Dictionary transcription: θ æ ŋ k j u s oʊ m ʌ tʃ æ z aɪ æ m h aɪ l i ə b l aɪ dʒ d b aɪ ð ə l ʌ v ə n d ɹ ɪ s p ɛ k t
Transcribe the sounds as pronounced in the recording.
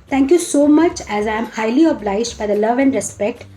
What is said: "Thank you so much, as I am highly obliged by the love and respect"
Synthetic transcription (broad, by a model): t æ ŋ k j u s oʊ m ʌ tʃ æ z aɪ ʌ m h aɪ l i ə b l aɪ dʒ d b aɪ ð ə l ʌ v ə n d ɹ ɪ s p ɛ k t